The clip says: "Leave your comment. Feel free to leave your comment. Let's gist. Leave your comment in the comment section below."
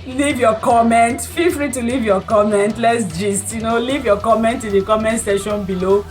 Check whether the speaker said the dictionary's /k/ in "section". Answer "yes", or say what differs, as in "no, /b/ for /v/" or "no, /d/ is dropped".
no, /k/ is dropped